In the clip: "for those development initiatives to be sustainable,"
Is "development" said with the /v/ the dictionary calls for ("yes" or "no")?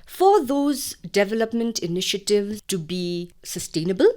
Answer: yes